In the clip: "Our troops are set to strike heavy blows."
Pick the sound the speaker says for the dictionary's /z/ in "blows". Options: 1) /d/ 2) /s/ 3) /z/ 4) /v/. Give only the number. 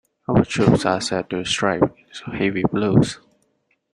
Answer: 2